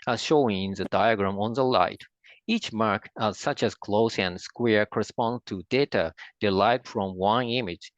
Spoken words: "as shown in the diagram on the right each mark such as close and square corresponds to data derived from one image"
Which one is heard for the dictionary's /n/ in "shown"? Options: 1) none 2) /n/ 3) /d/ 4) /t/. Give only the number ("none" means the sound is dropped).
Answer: 1